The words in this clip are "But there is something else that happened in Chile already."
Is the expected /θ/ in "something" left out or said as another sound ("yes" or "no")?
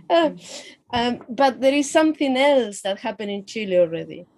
no